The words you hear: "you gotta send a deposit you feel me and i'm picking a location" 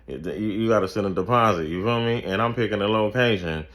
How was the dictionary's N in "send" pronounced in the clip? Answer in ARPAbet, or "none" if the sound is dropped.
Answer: none